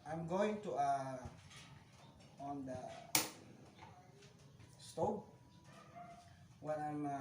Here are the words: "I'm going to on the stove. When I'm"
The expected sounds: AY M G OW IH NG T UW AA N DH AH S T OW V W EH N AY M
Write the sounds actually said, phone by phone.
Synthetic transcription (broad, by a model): AY M G OW IH NG T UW AA N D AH S T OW B W EH N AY M